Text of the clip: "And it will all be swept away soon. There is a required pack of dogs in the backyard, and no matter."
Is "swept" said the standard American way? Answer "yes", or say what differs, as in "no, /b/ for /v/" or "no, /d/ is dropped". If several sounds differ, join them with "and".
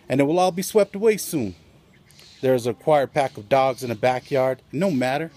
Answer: yes